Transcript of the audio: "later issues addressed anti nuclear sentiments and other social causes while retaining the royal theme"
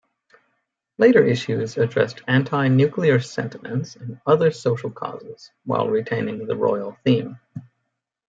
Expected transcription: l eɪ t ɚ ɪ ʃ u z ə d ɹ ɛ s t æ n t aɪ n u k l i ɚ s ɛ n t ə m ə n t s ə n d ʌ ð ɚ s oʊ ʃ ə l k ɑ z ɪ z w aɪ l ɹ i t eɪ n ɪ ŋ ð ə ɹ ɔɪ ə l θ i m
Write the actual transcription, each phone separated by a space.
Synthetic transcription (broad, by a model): l eɪ t ɚ ɪ ʃ u z ə d ɹ ɛ s t æ n t aɪ n u k l i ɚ s ɛ n t ə m ə n t s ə n ʌ ð ɚ s oʊ ʃ l k ɑ z ɪ z w aɪ l ɹ i t eɪ n ɪ ŋ ð ə ɹ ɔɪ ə l θ i m